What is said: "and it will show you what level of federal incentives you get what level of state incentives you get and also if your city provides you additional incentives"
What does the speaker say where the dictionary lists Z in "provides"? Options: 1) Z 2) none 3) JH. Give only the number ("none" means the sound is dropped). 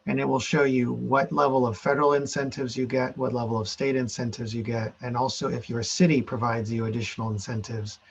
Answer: 1